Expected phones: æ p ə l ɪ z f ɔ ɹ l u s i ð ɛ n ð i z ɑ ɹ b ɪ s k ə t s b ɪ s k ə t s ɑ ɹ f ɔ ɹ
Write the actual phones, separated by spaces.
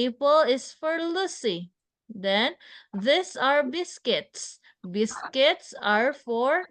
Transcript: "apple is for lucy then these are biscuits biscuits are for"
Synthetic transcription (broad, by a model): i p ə l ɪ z f ɔ ɹ l u s i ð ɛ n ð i s ɑ ɹ b ɪ s k ə t s b ɪ s k ə t s ɑ ɹ f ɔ ɹ